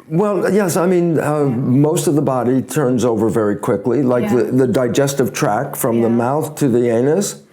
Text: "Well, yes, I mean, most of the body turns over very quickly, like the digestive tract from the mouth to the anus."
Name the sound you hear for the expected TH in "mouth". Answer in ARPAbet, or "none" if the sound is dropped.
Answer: TH